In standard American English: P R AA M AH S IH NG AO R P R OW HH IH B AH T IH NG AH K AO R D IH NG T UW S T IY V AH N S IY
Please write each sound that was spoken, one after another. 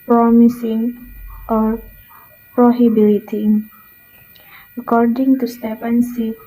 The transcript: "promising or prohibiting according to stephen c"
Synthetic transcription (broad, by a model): P R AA M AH S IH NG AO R P R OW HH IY B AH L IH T AH K AO R D IH NG T UW S T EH P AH N S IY